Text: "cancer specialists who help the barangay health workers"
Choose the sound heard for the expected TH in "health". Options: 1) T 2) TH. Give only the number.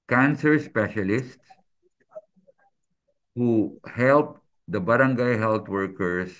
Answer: 1